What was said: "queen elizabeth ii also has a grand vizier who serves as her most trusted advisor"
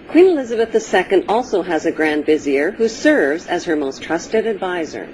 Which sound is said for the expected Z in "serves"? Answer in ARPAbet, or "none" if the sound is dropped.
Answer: Z